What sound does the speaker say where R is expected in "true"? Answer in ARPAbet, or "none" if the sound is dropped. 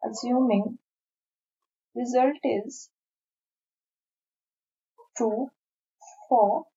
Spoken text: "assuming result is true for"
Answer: none